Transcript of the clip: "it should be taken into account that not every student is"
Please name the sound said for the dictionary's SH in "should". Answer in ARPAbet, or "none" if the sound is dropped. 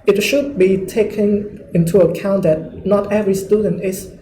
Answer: SH